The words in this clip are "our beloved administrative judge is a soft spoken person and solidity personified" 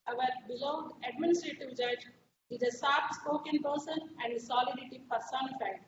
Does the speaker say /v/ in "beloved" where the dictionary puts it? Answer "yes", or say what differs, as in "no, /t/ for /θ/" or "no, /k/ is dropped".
no, /v/ is dropped